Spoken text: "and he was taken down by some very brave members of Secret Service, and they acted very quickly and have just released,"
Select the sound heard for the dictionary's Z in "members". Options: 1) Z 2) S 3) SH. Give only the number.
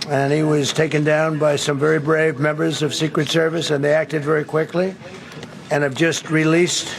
1